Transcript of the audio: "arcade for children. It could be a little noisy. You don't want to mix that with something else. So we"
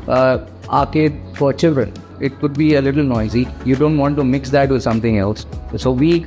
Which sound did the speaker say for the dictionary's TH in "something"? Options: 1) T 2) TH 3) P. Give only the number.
1